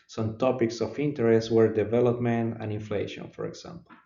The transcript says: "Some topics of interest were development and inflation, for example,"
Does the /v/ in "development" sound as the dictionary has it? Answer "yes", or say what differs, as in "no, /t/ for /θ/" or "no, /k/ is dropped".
yes